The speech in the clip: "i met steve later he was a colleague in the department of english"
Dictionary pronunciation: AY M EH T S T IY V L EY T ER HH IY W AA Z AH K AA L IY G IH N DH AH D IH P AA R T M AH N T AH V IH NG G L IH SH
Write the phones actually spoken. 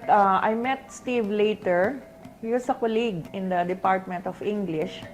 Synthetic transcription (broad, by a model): AY M EH T S T IY V L EY T ER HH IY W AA S AH K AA L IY G IH N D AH D IH P AA R T M AH N T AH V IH NG G L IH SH